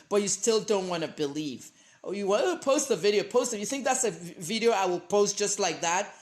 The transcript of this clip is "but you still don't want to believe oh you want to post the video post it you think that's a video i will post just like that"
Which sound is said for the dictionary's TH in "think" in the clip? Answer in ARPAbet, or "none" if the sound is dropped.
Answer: TH